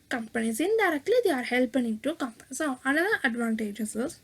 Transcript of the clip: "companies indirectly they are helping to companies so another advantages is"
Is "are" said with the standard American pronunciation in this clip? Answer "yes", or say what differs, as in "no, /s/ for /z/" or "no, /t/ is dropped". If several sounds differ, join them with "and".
yes